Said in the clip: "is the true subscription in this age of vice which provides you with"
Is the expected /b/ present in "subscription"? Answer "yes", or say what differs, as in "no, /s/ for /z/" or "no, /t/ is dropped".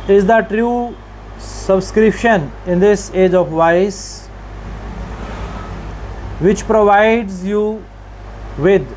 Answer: yes